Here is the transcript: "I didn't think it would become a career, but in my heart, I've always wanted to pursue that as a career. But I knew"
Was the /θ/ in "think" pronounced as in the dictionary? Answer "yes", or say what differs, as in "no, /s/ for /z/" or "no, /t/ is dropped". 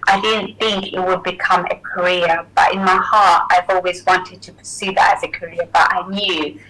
yes